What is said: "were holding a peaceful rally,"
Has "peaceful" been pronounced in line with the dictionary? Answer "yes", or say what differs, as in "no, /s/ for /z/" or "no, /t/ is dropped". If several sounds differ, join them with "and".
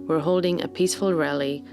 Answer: yes